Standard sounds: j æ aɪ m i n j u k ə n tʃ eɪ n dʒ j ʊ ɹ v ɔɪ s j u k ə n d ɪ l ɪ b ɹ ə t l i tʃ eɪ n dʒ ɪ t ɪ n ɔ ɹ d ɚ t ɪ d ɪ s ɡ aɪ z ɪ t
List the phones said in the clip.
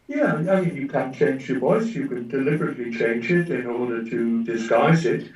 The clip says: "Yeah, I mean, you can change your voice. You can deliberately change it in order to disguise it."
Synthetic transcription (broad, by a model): j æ aɪ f j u k ə n tʃ eɪ n dʒ j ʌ ɹ v ɔɪ s j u k ə n d ɪ l ɪ b ɹ ə t l i tʃ eɪ n dʒ ɪ t ɪ n ɔ ɹ d ɚ t ɪ d ɪ s ɡ aɪ z ɪ t